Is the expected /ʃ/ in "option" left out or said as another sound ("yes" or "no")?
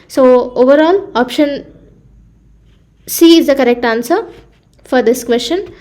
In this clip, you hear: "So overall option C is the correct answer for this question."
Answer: no